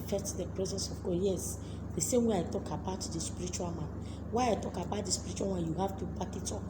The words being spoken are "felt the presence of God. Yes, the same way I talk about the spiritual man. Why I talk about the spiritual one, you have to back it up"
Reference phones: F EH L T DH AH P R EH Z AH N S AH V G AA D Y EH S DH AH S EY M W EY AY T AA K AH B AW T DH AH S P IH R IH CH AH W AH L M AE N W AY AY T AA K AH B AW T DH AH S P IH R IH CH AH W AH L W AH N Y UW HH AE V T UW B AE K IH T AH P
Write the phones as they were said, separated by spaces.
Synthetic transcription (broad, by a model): F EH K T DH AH P R EH Z AH N S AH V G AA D Y EH S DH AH S EY M W EY AY T AA K AH B AW T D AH S P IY R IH CH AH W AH L M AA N W AY AY T AA K AH B AW T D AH S P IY R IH CH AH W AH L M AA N Y UW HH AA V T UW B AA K IH T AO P